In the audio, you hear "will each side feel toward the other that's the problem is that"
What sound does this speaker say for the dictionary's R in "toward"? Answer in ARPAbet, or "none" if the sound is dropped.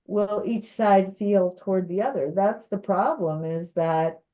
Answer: R